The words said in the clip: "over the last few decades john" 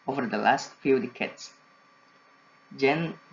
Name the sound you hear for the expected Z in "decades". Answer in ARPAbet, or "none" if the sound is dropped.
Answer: S